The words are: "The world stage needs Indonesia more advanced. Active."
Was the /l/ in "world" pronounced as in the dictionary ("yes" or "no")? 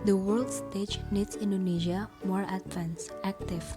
yes